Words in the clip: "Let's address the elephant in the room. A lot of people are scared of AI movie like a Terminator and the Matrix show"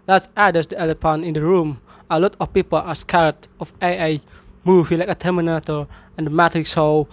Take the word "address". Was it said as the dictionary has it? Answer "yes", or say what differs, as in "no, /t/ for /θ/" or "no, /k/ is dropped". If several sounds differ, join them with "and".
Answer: no, /ɹ/ is dropped